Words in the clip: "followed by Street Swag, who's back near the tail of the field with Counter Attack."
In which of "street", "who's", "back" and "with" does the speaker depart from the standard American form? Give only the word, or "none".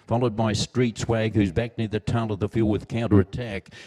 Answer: none